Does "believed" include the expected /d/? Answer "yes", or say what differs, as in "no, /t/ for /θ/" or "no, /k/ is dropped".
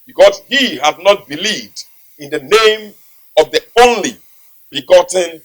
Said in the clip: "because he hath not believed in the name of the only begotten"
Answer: yes